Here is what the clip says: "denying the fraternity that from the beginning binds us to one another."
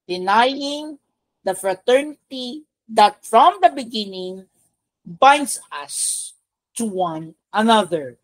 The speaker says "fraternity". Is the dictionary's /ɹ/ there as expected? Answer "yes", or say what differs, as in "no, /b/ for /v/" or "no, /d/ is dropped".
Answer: yes